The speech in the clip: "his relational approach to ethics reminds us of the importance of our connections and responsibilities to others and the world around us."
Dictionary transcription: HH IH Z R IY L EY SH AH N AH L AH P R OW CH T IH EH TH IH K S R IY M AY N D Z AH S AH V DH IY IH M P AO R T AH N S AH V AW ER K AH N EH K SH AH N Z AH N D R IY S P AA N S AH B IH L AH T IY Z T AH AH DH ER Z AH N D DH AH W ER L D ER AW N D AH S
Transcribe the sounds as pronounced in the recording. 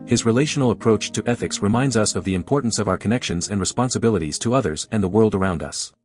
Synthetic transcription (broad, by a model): HH IH Z R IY L EY SH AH N L AH P R OW CH T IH EH TH IH K S R IY M AY N D Z AH S AH V DH IY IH M P AO R T N S AH V AW ER K AH N EH K SH AH N Z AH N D R IY S P AA N S AH B IH L AH T IY Z T AH AH DH ER Z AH N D DH AH W ER L D ER AW N D AH S